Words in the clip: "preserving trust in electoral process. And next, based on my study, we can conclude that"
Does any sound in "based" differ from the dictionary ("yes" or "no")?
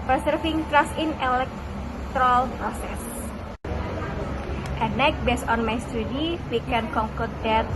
yes